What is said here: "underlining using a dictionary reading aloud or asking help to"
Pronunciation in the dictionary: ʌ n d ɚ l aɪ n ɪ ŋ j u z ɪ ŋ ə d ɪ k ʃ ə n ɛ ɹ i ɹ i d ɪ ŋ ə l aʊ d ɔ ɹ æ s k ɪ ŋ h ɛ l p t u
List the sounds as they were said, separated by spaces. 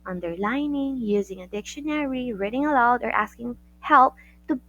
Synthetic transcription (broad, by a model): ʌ n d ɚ l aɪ n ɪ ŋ j u z ɪ ŋ ə d ɪ k ʃ ə n ɛ ɹ i ɹ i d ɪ ŋ ə l aʊ d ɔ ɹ æ s k ɪ ŋ h ɛ l p t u